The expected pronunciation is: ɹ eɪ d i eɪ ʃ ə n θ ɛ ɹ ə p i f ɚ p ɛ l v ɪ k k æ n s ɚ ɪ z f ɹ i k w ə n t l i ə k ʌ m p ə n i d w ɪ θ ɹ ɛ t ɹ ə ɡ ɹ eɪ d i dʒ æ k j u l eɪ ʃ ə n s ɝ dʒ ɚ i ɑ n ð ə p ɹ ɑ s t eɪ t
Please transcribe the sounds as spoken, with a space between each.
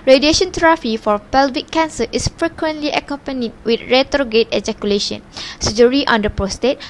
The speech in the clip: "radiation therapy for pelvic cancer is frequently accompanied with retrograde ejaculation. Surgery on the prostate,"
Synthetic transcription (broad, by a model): ɹ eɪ d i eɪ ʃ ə n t ɹ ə f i f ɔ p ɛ l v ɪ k k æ n s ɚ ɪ s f ɹ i k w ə n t l i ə k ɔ m p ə n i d w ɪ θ ɹ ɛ t ɹ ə ɡ eɪ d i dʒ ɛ k j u l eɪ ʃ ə n s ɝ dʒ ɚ i ɑ n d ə p ɹ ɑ s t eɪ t